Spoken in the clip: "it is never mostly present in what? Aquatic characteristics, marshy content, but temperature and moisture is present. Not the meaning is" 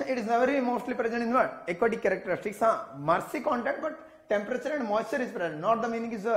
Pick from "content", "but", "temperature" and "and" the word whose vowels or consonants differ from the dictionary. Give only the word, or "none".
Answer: none